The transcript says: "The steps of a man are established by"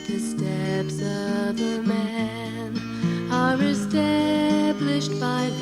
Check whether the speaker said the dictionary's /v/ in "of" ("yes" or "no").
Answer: yes